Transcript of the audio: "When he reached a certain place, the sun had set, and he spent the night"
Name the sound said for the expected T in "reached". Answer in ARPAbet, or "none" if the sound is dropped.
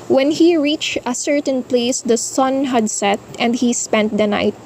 T